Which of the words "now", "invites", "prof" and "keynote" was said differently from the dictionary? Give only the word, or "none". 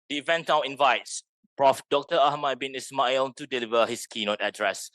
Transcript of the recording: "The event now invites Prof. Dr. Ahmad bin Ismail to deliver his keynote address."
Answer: none